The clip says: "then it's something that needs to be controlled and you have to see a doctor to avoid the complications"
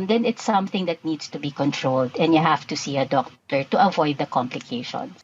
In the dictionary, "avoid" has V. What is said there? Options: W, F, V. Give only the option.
V